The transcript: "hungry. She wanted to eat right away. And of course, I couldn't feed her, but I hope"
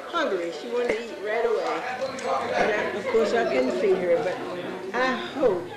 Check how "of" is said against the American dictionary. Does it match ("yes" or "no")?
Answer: no